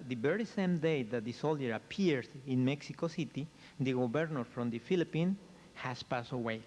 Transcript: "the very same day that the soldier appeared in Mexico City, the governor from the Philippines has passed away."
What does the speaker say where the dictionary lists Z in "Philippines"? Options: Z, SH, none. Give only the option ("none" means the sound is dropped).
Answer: none